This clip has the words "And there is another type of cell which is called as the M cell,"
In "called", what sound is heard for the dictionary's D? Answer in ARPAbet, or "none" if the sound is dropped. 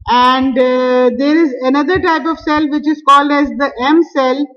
D